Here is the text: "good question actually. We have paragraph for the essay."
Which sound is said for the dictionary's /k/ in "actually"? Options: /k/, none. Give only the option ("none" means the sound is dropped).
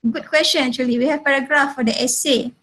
none